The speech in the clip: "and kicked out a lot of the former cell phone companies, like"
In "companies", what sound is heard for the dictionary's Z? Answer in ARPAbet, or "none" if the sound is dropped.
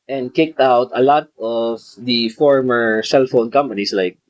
S